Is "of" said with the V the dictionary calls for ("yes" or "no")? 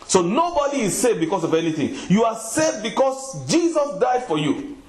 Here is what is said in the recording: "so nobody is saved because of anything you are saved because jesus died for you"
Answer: yes